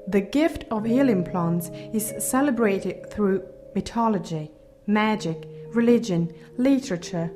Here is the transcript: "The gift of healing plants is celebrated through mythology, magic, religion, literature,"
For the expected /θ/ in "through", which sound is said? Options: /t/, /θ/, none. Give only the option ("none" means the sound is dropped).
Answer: /θ/